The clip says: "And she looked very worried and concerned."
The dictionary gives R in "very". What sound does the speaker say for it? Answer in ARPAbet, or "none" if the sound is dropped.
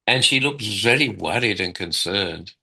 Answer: L